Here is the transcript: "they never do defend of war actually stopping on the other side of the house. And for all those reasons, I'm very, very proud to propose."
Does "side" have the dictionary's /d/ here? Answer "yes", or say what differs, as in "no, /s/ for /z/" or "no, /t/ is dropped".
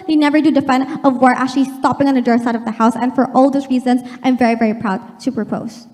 yes